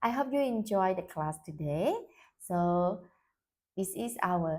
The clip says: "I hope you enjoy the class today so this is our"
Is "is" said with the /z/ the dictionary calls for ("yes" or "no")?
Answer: no